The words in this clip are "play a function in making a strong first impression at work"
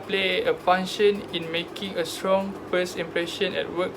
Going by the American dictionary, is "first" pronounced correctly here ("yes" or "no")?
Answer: no